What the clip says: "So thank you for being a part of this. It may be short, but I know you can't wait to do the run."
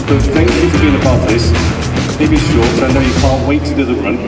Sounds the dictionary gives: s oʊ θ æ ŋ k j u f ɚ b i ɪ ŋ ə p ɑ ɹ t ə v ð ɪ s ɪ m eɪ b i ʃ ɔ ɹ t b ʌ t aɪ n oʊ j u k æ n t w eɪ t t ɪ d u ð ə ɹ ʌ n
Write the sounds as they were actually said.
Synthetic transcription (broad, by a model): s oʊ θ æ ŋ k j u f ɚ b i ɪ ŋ ə b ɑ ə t ð ɪ s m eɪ b i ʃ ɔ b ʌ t aɪ n oʊ j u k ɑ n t w eɪ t t ɪ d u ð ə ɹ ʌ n